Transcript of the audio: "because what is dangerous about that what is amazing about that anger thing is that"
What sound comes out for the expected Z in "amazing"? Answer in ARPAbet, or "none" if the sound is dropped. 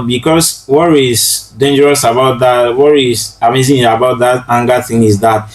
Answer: S